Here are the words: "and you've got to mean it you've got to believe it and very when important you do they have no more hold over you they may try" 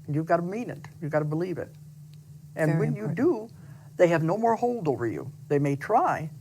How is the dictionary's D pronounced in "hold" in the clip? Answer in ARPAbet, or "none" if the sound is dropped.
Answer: D